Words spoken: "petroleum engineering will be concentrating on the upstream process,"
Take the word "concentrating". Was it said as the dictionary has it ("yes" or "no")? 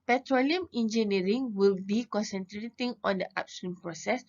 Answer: yes